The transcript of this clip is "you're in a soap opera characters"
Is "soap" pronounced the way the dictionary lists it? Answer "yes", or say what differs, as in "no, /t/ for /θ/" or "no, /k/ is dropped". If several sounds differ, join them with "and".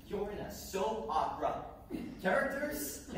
no, /p/ is dropped